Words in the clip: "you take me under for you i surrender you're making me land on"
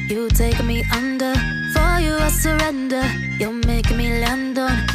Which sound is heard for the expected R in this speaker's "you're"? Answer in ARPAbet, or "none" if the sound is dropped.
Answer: L